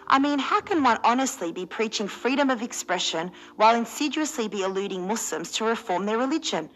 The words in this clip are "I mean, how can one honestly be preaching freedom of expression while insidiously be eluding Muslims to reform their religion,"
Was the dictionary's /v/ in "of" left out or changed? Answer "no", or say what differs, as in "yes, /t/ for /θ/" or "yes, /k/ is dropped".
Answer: no